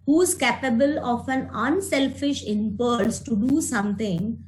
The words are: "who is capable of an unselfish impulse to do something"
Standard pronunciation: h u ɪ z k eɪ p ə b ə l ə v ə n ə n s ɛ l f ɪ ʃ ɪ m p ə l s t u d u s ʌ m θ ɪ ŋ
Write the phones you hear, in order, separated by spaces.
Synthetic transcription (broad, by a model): h u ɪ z k eɪ p ə b ə l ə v ə n ə n s ɛ l f ɪ ʃ ɪ m p ə l s t u d u s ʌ m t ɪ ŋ